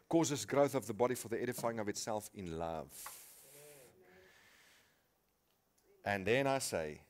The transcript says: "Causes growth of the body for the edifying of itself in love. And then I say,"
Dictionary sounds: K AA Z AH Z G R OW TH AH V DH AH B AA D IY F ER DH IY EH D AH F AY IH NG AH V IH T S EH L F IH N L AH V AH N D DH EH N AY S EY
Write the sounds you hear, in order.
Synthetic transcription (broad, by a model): K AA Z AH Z G R OW TH AH V DH AH B AA D IY F ER DH IY EH D AH F AY IH NG AH V IH T S EH L F IH N L AH V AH N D DH EH N AY S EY